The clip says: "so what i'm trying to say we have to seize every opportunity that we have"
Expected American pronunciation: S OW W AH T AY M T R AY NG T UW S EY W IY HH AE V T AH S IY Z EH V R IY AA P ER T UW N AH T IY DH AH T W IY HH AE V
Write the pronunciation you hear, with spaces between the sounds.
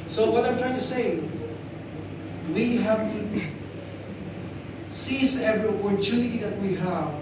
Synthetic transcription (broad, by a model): S OW W AH T AY M T R AY NG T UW S EY W IY HH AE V S IY S EH V R IY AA P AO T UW N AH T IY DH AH T W IY HH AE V